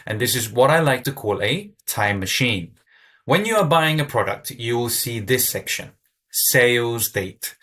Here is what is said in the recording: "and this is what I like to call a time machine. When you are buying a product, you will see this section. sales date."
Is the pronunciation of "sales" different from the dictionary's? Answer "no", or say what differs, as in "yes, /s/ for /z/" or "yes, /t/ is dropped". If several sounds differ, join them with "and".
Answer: no